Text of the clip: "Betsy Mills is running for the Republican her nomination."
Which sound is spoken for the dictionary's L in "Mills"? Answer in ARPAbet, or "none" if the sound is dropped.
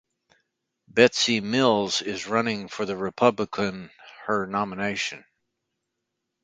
L